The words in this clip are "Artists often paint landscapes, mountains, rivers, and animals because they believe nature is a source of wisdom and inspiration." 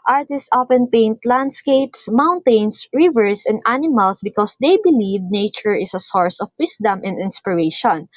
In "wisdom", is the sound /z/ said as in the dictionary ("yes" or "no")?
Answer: no